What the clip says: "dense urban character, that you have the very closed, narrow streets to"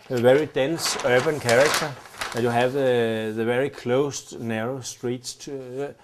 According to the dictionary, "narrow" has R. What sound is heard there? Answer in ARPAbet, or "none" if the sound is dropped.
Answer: R